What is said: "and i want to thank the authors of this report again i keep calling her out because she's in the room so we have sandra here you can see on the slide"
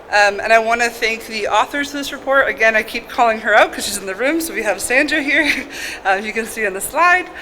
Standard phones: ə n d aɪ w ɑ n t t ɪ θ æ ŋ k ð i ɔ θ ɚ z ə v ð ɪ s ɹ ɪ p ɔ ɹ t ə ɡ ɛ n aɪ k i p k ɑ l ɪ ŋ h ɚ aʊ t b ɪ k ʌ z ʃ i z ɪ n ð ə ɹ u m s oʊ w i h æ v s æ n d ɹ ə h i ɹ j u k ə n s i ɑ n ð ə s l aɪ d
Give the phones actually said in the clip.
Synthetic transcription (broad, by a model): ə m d aɪ w ɑ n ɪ θ æ ŋ k ð i ɔ θ ɚ z ə v ð ɪ s ɹ ɪ p ɔ ɹ t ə ɡ ɛ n aɪ k i p k ɑ l ɪ ŋ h ɚ aʊ t k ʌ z ʃ i z ɪ n ð ə ɹ u m s oʊ w i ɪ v s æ n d ɹ h i ɹ j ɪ k ə n s i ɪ n ð ə s l aɪ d